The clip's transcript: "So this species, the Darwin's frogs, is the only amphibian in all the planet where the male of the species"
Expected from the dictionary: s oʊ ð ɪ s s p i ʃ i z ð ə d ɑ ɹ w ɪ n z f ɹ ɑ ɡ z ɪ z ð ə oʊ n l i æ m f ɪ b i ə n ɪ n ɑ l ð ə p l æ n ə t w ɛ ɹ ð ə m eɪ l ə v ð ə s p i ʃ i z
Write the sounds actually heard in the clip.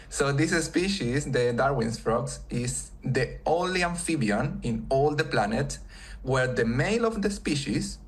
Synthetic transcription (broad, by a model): s oʊ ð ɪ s s p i ʃ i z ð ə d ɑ ɹ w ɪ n s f ɹ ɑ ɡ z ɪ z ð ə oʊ l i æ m f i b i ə n ɪ n ɑ l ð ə p l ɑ n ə t w ɛ ɹ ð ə m eɪ l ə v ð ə s p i ʃ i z